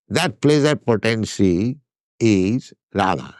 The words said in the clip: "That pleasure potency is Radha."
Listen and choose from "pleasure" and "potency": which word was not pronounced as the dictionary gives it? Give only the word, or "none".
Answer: pleasure